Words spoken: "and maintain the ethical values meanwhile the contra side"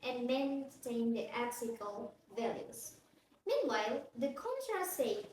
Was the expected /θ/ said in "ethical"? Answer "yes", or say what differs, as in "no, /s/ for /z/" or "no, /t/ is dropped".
no, /s/ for /θ/